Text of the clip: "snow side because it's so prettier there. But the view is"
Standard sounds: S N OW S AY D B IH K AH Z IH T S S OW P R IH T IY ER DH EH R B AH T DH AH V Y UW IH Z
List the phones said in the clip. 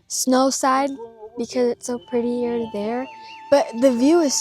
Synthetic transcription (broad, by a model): S N OW S AY D B IH K AH Z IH T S S OW P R IH T IY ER DH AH R B AH T DH AH V Y UW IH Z